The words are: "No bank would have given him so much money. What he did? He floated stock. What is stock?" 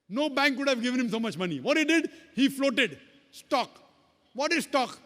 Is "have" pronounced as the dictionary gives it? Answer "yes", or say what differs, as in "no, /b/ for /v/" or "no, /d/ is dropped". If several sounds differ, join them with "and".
yes